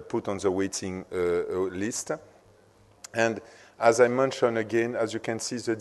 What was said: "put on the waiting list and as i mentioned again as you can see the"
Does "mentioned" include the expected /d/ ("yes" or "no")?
no